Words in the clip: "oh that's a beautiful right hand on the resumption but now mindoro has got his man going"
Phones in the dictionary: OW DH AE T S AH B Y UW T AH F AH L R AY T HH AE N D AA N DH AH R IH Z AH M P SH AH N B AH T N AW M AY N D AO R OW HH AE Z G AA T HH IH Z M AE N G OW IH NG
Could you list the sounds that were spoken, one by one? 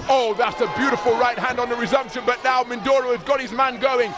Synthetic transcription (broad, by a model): OW DH AE T S AH B Y UW T AH F AH L R AY T HH AE N D N DH AH R IH Z AH M P SH AH N B AH T N AW M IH N D AO R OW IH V G AA T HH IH Z M AE N G OW IH NG